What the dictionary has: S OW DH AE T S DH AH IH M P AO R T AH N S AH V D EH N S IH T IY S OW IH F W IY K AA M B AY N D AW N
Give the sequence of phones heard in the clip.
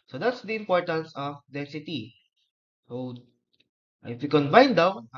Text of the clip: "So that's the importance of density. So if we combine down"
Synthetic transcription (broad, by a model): S OW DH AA T S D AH IH M P AO R T AH N S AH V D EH S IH T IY S OW IH F W IY K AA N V AY N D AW